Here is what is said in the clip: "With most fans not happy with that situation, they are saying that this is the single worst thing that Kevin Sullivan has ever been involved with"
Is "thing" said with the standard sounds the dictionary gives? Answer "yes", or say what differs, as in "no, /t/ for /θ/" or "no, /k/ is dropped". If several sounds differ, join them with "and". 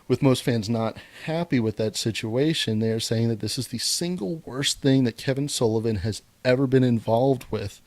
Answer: yes